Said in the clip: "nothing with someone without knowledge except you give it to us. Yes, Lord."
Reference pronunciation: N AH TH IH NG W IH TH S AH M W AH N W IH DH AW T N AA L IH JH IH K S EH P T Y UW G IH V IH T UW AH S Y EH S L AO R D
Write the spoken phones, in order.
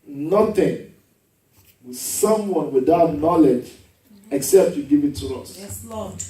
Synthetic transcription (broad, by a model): N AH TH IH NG W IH S AH M W AH N W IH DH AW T N AA L IH JH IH K S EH P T Y UW G IH V IH T UW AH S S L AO